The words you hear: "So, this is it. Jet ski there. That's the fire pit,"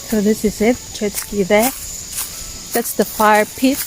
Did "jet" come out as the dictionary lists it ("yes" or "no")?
no